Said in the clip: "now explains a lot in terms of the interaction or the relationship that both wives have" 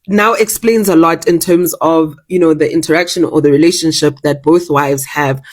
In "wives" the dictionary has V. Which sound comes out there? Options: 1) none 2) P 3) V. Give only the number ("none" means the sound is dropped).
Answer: 3